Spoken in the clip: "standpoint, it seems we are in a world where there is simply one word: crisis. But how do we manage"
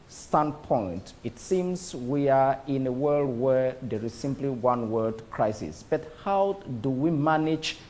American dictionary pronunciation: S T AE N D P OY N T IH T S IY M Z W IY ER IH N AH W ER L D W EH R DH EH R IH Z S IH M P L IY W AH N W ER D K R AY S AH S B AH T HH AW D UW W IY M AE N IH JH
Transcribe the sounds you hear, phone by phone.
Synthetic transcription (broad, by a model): S T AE N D P OY N T IH T S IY M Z W IY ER IH N AH W ER L D W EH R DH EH R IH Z S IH M P L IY W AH N W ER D K R AY S AH S B AH T HH AW D UW W IY M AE N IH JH